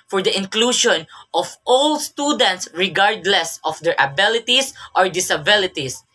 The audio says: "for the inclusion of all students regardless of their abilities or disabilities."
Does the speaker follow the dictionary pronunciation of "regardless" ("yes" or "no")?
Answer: yes